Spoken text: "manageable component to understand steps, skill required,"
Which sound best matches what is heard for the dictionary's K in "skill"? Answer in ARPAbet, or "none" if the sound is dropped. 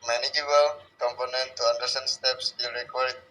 none